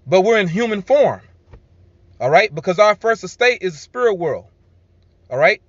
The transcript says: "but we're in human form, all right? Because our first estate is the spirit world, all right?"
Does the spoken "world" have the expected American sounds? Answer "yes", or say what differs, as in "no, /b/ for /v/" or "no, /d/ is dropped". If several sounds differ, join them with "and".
yes